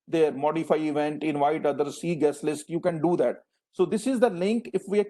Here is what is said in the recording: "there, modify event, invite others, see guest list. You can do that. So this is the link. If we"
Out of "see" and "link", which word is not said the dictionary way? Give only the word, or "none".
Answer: none